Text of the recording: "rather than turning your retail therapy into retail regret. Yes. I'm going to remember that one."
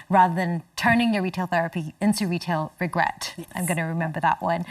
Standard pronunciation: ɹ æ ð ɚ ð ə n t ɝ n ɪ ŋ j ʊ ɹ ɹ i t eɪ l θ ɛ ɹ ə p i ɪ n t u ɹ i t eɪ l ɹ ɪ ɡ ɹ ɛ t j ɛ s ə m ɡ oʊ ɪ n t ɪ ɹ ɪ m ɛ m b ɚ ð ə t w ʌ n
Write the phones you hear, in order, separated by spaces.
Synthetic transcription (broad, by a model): ɹ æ ð ɚ ð ə n t ɝ n ɪ ŋ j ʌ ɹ ɹ i t eɪ l θ ɛ ɹ ə p i ɪ n t u ɹ i t eɪ l ɹ ɪ ɡ ɹ ɛ t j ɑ ə m ɡ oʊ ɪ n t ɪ ɹ ɪ m ɛ m b ɚ ð ə t w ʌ n